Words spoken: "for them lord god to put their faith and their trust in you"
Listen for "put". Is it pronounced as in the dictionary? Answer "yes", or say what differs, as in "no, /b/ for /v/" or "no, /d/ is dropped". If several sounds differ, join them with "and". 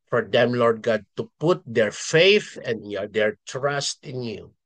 yes